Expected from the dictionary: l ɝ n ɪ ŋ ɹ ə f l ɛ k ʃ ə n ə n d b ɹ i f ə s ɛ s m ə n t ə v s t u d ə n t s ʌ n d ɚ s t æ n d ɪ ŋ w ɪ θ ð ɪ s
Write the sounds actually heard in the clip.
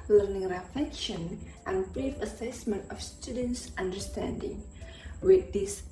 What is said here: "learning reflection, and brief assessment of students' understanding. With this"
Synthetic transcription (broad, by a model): l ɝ n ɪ ŋ ɹ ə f ɛ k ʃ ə n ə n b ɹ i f ə s ɛ s m ə n t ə f s t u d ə n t s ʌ n d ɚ s t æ n d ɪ ŋ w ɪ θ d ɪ s